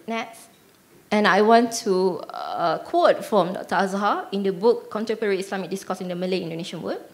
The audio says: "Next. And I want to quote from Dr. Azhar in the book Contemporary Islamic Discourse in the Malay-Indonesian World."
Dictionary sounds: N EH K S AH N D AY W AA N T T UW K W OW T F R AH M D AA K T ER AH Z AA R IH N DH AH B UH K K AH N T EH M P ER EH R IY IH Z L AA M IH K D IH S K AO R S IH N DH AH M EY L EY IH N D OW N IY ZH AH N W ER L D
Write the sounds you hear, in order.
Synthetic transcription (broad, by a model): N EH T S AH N AY W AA N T T UW K W OW T F R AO M D AA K T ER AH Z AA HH IH N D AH B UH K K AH N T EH P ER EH R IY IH S L AA M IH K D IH S K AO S IH N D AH M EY L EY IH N D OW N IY SH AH N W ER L